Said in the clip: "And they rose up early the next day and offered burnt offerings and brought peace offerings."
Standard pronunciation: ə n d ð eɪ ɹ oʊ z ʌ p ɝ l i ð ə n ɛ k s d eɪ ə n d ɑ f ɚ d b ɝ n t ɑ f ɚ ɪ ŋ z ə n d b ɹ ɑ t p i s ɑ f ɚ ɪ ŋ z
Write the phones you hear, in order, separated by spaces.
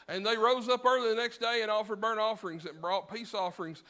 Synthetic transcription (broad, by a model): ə n ð eɪ ɹ oʊ z ʌ p ɝ l i ð ə n ɛ k s d eɪ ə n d ɑ f ɚ d b ɝ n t ɑ f ɚ ɪ ŋ z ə n b ɹ ɑ t p i s ɑ f ɚ ɪ ŋ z